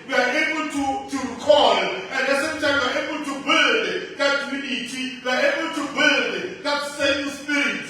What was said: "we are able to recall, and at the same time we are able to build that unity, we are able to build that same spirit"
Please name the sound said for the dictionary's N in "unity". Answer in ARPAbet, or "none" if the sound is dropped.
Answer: none